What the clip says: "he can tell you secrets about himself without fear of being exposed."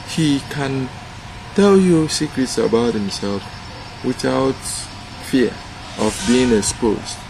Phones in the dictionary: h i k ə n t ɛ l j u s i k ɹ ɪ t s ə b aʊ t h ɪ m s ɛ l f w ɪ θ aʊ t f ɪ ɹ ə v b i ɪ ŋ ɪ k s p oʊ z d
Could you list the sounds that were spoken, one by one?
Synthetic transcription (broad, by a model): h i k ə n t ɛ l j u s i k ɹ ɪ t s ə b aʊ t h ɪ m s ɛ l f w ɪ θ aʊ t f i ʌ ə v b i ɪ ŋ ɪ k s p oʊ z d